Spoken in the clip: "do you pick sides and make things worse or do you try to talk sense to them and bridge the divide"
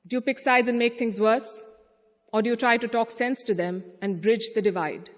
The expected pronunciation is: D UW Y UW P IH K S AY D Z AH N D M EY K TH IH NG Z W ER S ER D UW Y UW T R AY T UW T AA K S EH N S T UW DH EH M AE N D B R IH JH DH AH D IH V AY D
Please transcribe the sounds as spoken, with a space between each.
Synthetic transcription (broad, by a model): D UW Y UW P IH K S AY D Z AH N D M EY K T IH NG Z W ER S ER D UW Y UW T R AY T UW T AA K S EH N S T UW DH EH M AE N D B R IH JH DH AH D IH V AY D